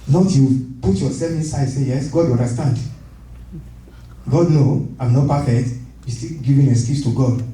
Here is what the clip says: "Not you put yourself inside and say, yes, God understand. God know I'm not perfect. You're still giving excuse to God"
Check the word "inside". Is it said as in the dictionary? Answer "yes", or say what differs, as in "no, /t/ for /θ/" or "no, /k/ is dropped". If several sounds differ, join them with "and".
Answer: no, /d/ is dropped